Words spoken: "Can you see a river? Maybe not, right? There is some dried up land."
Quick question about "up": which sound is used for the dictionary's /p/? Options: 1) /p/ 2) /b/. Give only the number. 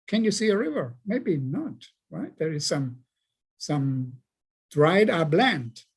2